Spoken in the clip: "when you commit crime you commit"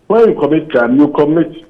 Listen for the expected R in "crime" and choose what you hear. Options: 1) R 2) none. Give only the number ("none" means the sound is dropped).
2